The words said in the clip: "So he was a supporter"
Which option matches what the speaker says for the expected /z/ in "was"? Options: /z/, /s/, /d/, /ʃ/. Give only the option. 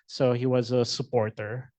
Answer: /z/